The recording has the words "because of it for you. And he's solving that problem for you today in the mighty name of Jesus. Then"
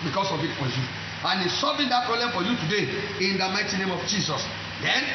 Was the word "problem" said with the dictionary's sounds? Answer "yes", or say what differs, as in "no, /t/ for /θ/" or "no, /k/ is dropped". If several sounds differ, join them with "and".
no, /b/ is dropped